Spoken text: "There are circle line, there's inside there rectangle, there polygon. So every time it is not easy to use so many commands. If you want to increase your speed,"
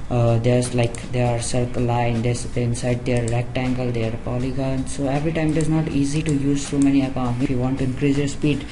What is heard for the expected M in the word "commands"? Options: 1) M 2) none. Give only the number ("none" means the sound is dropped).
2